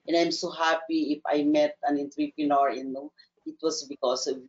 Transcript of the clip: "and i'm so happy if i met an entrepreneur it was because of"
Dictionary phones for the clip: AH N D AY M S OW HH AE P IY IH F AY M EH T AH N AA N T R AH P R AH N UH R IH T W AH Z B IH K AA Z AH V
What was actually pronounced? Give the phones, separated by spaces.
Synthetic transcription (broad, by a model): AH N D AY M S OW HH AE P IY IH F AY M EH T AH N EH N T R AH P R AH N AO R IH T W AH S B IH K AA S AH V